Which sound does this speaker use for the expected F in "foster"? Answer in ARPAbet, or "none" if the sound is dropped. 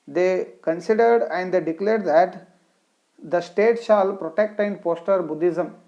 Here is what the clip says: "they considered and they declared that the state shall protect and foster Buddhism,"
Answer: P